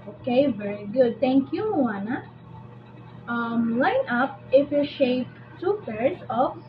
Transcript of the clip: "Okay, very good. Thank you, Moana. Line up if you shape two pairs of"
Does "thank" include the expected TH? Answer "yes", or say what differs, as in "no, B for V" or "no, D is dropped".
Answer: no, T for TH